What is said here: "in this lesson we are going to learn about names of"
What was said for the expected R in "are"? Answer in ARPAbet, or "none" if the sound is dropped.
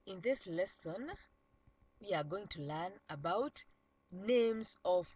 R